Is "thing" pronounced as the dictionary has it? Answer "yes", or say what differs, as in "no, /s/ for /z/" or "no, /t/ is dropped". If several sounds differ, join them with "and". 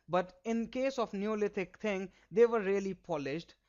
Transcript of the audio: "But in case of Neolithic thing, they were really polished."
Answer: no, /t/ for /θ/